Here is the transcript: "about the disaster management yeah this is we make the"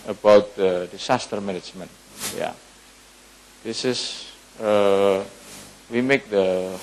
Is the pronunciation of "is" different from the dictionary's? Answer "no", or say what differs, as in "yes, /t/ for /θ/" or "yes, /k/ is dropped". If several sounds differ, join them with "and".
yes, /s/ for /z/